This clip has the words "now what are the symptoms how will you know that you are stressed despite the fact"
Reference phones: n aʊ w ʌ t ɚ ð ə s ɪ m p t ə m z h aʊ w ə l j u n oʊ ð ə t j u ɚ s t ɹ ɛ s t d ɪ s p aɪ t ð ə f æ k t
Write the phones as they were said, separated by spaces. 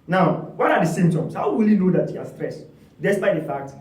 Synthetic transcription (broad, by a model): n aʊ w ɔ t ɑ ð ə s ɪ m t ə m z h aʊ w ə l j u n oʊ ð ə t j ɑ s t ɹ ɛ s d ɪ s p aɪ t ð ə f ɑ k t